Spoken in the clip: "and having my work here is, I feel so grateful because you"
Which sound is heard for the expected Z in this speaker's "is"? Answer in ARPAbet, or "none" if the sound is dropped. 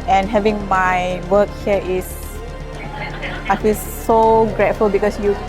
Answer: S